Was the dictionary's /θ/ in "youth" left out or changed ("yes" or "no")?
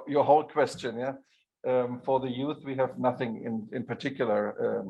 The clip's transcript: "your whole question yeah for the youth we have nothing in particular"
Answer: no